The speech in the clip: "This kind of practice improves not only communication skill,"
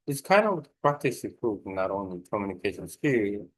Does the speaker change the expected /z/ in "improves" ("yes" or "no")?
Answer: yes